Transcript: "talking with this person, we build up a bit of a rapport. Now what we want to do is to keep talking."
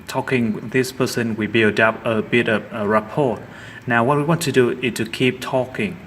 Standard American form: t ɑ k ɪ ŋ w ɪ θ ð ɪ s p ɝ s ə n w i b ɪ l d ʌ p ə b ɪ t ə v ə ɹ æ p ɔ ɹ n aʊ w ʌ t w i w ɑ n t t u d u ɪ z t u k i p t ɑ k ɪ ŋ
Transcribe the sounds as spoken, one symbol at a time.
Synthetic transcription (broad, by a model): t ɑ k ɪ ŋ ð ɪ s p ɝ s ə n w i b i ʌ d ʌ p ə b ɪ t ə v ə ɹ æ p ɔ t n aʊ w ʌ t w i w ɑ n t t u d u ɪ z t u k i p t ɑ k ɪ ŋ